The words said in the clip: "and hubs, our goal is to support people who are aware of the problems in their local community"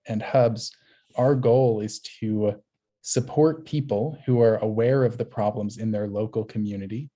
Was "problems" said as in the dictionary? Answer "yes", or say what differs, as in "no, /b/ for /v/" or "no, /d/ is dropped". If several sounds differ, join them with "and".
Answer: yes